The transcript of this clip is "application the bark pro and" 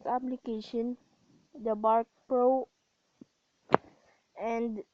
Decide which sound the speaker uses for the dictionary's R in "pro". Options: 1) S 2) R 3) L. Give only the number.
2